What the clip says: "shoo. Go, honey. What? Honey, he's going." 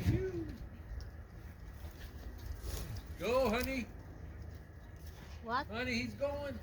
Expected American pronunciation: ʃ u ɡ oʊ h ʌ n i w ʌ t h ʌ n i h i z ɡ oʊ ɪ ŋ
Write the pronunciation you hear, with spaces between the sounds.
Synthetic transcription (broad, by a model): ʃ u ɡ oʊ h ʌ n i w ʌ h ʌ n i h i z ɡ oʊ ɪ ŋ